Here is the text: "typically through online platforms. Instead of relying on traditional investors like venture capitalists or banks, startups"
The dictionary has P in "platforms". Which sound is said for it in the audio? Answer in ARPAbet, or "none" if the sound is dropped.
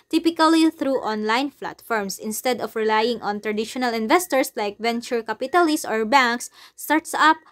F